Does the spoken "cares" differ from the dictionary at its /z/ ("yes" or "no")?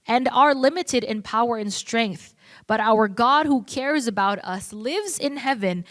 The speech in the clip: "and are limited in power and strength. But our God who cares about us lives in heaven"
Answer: no